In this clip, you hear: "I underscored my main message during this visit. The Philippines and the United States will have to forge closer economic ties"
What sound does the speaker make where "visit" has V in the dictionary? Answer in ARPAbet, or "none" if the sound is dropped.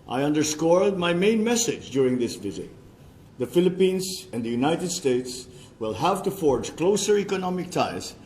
V